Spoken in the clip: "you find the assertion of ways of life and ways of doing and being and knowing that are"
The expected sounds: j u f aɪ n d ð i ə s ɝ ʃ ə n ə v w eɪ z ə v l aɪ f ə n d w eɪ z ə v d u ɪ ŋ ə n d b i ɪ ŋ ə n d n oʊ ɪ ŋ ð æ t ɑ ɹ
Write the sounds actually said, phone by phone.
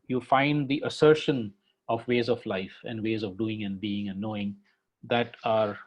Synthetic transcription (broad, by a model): j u f aɪ n d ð i ə s ɝ ʃ ə n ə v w eɪ z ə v l aɪ f ə n d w eɪ z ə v d u ɪ ŋ ə n d b i ɪ ŋ ə n d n oʊ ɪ ŋ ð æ t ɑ ɹ